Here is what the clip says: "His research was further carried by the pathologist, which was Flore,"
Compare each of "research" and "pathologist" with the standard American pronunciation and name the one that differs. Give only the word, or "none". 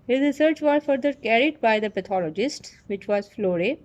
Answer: pathologist